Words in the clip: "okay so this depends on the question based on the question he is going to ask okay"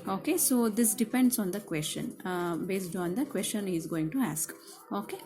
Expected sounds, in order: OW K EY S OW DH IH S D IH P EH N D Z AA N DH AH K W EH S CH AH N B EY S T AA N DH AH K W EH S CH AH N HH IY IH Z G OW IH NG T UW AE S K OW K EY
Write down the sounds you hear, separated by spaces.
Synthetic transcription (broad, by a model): OW K EY S OW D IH S D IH P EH N D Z AA N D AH K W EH S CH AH N B EY S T AA N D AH K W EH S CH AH N HH IY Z G OW IH NG T UW AE S K OW K EY